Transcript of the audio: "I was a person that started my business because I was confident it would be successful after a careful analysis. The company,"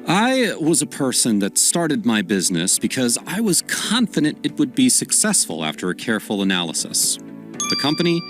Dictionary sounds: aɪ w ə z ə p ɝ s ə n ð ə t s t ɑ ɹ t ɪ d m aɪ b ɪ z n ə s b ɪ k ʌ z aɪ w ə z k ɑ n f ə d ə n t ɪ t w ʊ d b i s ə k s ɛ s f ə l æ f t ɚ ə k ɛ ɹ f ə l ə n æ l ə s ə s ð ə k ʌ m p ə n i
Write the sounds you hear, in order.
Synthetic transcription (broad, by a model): aɪ w ə z ə p ɝ s ə n ð ə t s t ɑ ɹ t ɪ d m aɪ b ɪ z n ə s b ɪ k ʌ z aɪ w ə z k ɑ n f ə d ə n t ɪ t w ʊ d b i s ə k s ɛ s f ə l æ f t ɚ ə k ɛ ɹ f l ə n æ l ə s ə s ð ə k ʌ m p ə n i